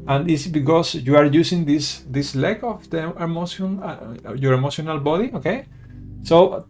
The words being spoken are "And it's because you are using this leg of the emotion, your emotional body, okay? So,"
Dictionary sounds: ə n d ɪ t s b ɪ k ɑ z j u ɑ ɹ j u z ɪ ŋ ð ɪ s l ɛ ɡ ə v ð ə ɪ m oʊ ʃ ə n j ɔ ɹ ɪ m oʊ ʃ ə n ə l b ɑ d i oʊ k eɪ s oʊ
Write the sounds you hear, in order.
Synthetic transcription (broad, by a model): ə n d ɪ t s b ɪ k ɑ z j u ɑ ɹ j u s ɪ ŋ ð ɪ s l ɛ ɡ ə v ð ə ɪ m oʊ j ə n j ɔ ɹ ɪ m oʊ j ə n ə l b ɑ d i oʊ k eɪ s oʊ